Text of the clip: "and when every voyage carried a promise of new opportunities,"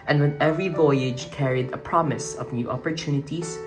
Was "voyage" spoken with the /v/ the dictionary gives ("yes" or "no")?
yes